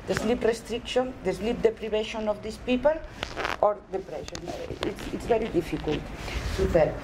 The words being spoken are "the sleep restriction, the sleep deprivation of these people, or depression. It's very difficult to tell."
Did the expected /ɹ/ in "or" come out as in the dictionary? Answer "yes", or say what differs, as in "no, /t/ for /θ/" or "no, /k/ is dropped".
yes